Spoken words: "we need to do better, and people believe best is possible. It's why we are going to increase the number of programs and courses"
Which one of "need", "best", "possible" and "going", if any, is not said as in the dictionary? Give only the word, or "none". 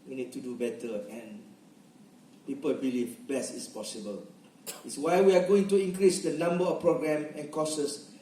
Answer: best